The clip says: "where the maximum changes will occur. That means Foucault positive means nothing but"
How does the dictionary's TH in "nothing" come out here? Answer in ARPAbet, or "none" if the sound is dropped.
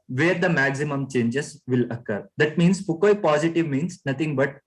T